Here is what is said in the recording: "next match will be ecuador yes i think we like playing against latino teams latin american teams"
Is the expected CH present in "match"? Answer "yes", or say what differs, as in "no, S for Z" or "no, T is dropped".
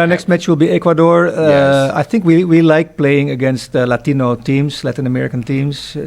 yes